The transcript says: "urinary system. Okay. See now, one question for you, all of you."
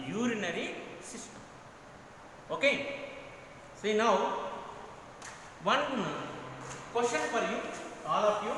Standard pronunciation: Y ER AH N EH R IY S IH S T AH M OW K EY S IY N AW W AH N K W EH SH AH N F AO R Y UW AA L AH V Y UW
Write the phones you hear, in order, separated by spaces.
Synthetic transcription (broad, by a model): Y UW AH N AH R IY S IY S T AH M OW K EY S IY N AW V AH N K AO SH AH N P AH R Y UW AA L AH P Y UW